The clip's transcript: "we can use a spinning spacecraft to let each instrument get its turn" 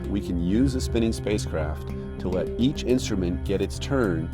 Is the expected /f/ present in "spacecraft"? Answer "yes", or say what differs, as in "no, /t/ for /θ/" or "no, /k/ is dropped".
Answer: yes